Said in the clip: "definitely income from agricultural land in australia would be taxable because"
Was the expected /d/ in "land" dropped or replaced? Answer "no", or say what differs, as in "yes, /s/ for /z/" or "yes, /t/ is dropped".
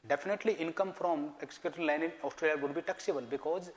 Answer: yes, /d/ is dropped